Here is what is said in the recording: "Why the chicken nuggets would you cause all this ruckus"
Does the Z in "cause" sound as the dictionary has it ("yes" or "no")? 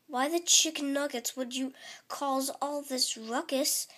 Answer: yes